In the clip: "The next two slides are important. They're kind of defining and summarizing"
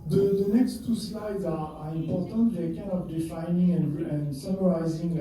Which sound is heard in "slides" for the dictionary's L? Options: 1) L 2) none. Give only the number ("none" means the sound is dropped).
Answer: 1